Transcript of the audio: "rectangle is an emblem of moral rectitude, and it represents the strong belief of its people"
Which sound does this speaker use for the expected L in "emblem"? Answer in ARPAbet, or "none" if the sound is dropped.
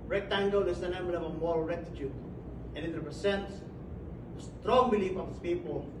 none